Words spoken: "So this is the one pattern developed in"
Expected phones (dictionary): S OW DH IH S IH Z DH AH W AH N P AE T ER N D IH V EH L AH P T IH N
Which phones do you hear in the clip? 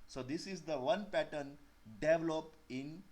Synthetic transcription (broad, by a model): S OW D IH S IH Z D AH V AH N P AE T ER N D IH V L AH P IH N